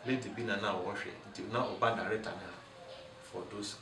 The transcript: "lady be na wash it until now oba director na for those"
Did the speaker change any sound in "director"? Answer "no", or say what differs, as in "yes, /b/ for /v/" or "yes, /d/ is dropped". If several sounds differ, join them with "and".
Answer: yes, /k/ is dropped